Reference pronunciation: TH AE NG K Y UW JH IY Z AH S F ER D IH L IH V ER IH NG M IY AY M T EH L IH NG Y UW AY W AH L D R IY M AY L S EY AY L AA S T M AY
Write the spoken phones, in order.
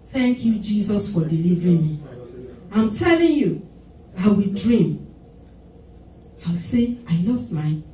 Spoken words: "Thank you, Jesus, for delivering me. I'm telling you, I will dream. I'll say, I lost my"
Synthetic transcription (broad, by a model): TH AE NG K Y UW JH IY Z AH S F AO D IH L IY V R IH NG M IY AY M T EH L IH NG Y UW AY W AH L D R IY M AY W S EY AY L AA S T M AY